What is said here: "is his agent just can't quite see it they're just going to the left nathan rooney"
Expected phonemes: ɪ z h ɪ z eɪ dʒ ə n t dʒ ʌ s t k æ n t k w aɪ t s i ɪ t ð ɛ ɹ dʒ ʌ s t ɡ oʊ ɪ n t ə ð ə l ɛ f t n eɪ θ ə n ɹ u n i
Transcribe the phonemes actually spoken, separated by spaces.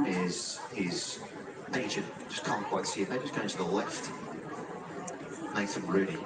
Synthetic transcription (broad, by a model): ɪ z h ɪ z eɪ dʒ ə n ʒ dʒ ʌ s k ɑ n k w aɪ t s i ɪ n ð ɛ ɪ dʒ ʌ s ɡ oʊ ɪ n t ə ð ə l ɛ f t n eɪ s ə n ɹ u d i